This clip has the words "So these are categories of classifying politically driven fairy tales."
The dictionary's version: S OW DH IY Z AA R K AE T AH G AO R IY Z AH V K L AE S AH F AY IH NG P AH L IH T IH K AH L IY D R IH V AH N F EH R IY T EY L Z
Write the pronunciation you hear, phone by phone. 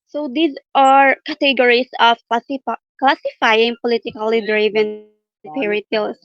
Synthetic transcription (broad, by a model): S OW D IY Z AA R K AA T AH G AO R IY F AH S K L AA S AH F AY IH NG P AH L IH T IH K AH L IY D R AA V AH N P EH R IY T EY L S